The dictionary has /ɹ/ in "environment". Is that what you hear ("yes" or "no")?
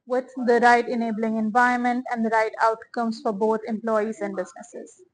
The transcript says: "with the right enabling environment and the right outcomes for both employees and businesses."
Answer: no